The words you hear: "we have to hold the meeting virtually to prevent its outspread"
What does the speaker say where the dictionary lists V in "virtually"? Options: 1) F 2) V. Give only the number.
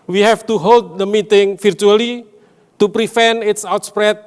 1